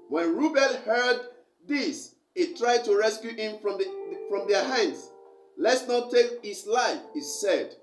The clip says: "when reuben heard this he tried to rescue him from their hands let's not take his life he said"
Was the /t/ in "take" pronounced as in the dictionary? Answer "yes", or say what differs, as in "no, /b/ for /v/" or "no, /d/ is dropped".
yes